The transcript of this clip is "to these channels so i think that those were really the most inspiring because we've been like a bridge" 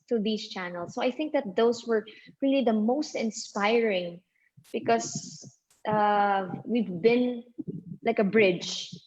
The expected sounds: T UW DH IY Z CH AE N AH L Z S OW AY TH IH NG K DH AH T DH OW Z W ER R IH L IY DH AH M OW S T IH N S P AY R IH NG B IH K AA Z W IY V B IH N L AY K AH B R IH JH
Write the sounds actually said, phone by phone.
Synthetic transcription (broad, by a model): T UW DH IY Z CH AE N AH L S OW AY TH IH NG K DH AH T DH OW S W ER R IH L IY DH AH M OW S T IH N S P AY R IH NG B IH K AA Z W IY V B IH N L AY K AH B R IH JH